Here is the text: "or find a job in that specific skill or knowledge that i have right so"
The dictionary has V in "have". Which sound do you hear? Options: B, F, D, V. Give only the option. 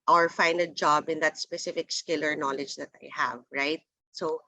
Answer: V